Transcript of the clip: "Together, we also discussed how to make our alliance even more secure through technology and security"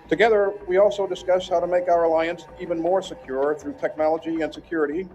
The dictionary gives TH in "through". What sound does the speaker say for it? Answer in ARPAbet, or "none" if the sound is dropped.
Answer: TH